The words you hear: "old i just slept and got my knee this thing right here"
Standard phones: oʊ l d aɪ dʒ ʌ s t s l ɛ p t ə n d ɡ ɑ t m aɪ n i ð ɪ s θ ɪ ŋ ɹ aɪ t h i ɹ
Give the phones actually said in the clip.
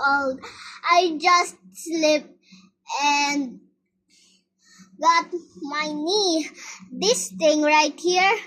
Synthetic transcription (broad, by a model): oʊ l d aɪ dʒ ʌ s t s l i p ə n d ɡ ɑ t m aɪ n i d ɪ s t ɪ ŋ ɹ aɪ t h i ɹ